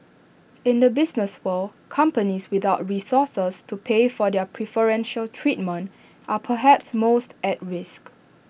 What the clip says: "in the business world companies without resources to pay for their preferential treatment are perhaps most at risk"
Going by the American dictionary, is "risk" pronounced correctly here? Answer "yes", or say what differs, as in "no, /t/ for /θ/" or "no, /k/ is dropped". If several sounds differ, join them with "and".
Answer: yes